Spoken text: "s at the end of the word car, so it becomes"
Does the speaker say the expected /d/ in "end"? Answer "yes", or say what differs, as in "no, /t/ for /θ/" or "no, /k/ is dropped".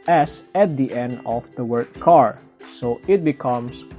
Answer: yes